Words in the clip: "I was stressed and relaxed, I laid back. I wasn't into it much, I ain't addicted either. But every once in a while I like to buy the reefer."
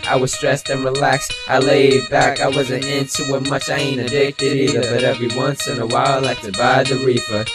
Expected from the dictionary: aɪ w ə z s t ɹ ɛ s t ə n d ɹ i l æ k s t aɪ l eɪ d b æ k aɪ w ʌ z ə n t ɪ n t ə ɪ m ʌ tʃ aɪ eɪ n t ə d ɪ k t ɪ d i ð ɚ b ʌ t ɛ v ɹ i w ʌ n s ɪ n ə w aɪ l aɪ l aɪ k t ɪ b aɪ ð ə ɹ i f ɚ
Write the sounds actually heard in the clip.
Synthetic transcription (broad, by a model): aɪ w ə z s t ɹ ɛ s t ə n ɹ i l æ k s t aɪ l eɪ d b æ k aɪ w ʌ z ə n t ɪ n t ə ɪ m ʌ tʃ aɪ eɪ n ə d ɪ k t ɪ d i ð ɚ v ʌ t ɛ v ɹ i w ʌ n s ɪ n ə w aɪ l l aɪ k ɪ b aɪ ð ə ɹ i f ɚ